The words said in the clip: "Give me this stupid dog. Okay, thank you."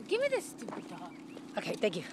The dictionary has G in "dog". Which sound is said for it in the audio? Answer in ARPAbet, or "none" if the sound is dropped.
none